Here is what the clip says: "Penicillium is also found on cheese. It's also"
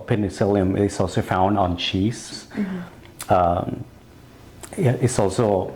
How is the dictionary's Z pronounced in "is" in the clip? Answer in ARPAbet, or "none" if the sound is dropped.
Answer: S